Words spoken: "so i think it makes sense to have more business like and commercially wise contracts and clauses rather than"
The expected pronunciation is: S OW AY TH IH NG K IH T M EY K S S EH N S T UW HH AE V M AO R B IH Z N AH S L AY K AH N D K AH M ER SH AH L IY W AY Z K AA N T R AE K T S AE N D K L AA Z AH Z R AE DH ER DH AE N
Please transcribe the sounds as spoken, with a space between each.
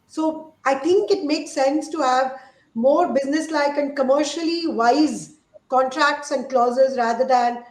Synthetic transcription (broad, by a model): S OW AY T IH NG K IH T M EY K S S EH N S T UW HH AE V M AO R B IH Z N AH S L AY K AH N D K AH M ER SH AH L IY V AY Z K AA N T R AE K T S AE N D K L AA Z AH Z R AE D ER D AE N